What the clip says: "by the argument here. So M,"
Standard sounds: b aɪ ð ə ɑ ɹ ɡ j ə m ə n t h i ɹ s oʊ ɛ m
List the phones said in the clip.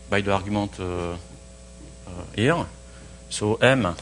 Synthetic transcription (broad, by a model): b aɪ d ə ɑ ɹ ɡ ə m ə t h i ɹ s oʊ ɛ m